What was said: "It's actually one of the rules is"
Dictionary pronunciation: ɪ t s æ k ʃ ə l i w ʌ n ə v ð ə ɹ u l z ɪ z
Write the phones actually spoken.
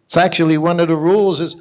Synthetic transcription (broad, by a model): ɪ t s æ k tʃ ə l i w ʌ n ə v ð ə ɹ u l z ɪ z